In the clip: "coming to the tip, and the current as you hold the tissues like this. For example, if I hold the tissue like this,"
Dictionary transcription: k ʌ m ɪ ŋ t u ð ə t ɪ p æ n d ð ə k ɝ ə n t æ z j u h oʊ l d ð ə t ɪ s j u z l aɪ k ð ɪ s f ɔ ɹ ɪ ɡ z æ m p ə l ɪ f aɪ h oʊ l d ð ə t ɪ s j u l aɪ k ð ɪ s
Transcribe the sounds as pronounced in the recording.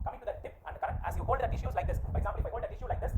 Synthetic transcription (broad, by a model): k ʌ m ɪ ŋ t u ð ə t ɪ p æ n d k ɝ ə t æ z j u h oʊ l d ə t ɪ ʃ j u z l aɪ k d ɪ s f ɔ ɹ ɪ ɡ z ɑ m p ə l ɪ f aɪ h oʊ l d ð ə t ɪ ʃ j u l aɪ k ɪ s